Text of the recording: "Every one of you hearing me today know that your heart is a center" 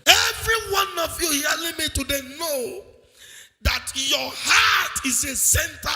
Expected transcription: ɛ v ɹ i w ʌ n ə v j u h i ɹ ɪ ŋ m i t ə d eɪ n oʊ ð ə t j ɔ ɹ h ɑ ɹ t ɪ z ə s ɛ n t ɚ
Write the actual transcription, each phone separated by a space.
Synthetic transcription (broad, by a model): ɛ v ɹ i w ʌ n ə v j u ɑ l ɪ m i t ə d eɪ n oʊ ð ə t j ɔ h ɑ t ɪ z ə s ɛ n t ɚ